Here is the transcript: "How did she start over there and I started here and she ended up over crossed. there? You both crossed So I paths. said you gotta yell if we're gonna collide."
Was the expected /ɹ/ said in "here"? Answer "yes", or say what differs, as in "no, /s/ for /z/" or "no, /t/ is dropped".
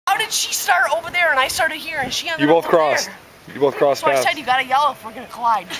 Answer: yes